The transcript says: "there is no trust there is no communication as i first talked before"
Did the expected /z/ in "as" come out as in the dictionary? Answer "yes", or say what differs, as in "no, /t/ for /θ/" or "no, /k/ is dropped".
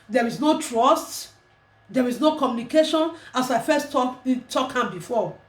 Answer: no, /s/ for /z/